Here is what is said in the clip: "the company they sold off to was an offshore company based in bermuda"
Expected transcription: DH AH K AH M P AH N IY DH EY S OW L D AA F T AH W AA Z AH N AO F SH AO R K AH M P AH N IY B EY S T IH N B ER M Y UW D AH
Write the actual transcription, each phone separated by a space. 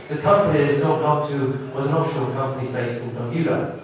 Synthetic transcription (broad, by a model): DH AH K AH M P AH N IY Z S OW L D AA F T AH W AA Z AH N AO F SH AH L K AH M P AH N IY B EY S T IH N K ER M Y UW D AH